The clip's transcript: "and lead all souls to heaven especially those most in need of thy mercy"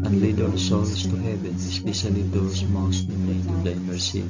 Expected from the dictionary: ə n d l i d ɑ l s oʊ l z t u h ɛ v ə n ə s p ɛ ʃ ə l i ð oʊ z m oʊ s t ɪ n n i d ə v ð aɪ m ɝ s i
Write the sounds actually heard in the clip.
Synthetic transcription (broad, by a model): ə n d l i d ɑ n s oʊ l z t u h ɛ v ə n s p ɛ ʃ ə l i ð oʊ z m oʊ s t ɪ n l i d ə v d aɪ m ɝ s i